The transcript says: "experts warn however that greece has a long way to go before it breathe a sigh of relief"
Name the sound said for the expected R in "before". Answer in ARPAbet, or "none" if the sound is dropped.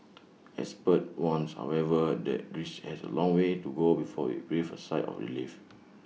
W